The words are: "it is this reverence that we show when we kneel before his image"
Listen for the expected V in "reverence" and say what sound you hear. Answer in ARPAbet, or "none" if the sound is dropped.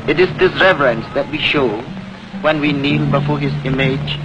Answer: V